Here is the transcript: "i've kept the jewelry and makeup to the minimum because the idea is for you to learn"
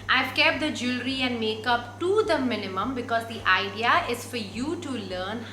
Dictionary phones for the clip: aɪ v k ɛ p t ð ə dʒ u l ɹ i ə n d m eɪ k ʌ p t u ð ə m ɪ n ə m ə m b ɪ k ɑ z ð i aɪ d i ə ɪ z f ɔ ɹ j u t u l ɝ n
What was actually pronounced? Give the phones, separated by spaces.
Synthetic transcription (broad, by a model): aɪ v k ɛ p t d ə dʒ u l ɹ i ə n d m eɪ k ʌ p t u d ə m ɪ n ə m ə m b ɪ k ɑ z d i aɪ d i ə ɪ z f ɔ ɹ j u t u l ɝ n